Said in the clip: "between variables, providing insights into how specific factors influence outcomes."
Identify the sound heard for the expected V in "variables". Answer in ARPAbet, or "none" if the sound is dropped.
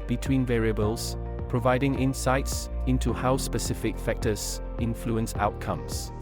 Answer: V